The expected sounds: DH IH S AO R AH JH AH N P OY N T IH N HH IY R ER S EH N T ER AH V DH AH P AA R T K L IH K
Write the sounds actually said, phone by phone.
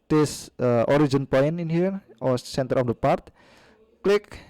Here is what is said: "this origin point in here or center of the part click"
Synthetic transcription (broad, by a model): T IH S AO R AH JH AH N P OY N IH N HH IY R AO S EH N T ER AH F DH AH P AA R T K L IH K